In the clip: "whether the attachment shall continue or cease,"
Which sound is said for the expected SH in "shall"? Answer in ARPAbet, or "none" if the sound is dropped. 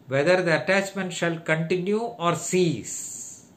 SH